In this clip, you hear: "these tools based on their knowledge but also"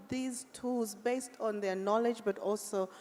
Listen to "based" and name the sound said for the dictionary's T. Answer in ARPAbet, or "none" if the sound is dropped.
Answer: T